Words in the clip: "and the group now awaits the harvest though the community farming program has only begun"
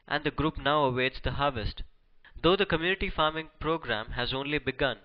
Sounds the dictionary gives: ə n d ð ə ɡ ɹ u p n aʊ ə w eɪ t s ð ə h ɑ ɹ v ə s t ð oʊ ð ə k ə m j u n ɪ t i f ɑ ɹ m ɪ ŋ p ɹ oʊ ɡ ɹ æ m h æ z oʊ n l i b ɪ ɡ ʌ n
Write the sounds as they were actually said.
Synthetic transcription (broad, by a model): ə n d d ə ɡ ɹ u p n aʊ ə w eɪ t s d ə h ɑ ɹ v ə s t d oʊ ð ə k ə m j u n ɪ t i f ɑ ɹ m ɪ ŋ p ɹ oʊ ɡ ɹ æ m h æ z oʊ n l i b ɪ ɡ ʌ n